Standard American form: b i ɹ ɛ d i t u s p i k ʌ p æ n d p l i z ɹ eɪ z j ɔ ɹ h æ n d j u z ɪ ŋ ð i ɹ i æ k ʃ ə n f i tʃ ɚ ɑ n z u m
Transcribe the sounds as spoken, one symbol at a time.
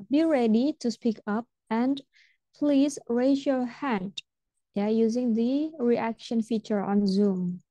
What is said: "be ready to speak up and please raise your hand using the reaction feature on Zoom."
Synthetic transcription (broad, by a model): b i ɹ ɛ d i t u s p i k ʌ p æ n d p l i z ɹ eɪ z j ɔ ɹ h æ n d j u z ɪ ŋ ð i ɹ i æ k ʃ ə n f i tʃ ɚ ɑ n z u m